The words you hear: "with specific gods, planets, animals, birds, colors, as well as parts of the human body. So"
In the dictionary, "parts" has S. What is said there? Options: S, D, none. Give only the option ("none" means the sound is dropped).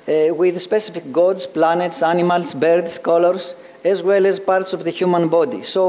S